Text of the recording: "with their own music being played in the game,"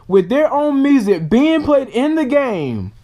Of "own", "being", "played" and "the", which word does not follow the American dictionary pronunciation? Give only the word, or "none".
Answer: played